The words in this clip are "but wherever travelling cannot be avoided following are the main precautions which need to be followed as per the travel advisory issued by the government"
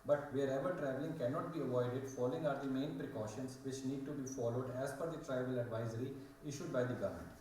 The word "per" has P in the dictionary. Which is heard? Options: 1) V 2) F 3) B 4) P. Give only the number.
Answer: 2